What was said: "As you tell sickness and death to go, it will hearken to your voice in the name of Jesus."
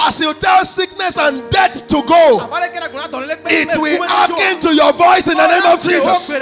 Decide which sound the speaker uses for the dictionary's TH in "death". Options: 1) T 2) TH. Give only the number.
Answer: 1